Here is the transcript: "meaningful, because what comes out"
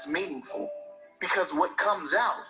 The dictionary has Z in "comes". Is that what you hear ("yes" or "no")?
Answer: yes